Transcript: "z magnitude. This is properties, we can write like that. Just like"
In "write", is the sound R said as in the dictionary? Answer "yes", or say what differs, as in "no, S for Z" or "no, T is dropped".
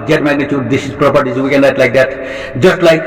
no, L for R